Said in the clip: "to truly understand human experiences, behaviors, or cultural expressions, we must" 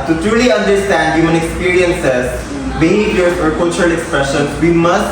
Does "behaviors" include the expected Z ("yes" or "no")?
no